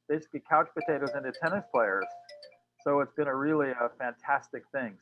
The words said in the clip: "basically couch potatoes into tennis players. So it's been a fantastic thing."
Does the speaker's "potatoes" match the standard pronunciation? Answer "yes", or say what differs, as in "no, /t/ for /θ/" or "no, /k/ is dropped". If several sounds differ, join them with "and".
yes